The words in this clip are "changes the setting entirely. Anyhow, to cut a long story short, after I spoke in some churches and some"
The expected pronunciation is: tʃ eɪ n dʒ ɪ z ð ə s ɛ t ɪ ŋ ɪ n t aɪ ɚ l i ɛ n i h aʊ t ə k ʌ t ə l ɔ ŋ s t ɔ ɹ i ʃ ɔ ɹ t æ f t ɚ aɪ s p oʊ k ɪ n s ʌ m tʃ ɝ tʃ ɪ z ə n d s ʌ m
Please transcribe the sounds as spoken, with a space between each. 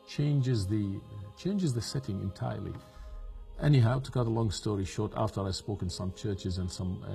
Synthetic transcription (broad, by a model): tʃ eɪ n dʒ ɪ z ð ə s ɛ t ɪ ŋ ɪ n t aɪ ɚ l i ɛ n i h aʊ t ə k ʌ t ə l ɔ ŋ s t ɔ ɹ i ʃ ɔ ɹ t æ f t ɚ aɪ s p oʊ k ɪ n s ʌ m tʃ ɝ tʃ ɪ z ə n s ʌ m